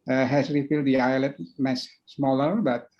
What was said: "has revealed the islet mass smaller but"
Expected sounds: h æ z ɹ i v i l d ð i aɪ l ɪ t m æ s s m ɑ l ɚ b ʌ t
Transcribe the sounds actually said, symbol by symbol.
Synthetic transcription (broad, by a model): h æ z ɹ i f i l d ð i aɪ l ɪ t m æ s s m ɑ l ɚ b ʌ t